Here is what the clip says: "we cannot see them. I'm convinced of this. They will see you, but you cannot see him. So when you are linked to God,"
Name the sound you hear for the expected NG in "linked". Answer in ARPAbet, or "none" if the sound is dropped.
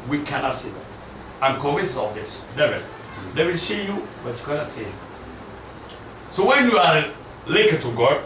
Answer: none